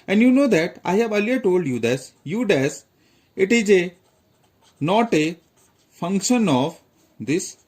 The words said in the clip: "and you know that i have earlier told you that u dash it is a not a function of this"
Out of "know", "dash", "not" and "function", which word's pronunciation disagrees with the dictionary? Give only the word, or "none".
dash